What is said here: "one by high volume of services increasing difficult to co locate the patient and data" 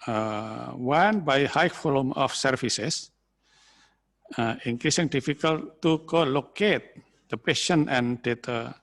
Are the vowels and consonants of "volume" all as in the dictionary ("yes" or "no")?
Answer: no